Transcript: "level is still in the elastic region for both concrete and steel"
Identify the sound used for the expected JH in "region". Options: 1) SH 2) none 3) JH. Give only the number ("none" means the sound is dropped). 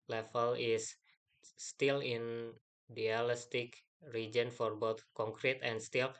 3